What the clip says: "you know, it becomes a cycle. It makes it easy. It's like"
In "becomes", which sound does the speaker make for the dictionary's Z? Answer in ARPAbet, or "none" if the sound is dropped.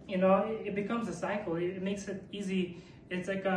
Z